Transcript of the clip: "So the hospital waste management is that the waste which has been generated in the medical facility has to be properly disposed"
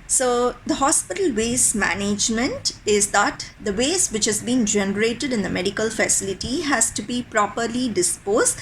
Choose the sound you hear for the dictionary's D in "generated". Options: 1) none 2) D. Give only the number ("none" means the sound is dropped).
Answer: 2